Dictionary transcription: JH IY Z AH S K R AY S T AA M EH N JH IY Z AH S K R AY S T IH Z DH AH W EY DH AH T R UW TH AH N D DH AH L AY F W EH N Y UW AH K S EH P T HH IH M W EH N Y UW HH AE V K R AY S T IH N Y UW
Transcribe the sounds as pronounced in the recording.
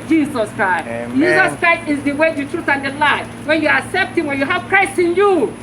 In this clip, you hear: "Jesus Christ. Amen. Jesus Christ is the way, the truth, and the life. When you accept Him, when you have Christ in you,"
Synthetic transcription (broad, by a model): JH IY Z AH S K R AY S T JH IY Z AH S K R AY S T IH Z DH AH W EY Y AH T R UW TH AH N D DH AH L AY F W EH N Y UW AH K S EH P T HH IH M W EH N Y UW HH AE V K R AY S T IH N Y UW